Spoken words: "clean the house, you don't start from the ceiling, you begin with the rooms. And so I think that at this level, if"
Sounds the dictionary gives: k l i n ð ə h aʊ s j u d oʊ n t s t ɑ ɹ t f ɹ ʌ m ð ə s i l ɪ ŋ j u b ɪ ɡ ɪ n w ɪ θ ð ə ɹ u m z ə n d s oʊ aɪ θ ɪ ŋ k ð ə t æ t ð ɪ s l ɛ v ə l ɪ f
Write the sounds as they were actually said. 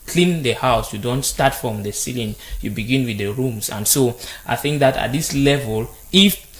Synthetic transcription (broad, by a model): k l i n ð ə h aʊ s j u d oʊ n t s t ɑ t f ɹ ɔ m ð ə s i l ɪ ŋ j u b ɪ ɡ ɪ n w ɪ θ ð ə ɹ u m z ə n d s oʊ aɪ θ ɪ ŋ k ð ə t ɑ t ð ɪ s l ɛ v ə l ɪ f